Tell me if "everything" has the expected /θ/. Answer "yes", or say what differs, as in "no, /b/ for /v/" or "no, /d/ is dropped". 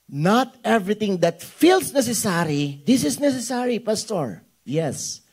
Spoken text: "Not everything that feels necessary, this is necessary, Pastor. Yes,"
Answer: no, /t/ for /θ/